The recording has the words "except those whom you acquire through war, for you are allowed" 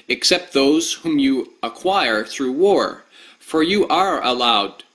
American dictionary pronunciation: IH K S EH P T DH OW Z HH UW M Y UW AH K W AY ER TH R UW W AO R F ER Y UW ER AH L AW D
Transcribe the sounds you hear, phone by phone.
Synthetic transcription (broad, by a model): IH K S EH P T DH OW Z HH UW M Y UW AH K W AY ER TH R UW W AO R F ER Y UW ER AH L AW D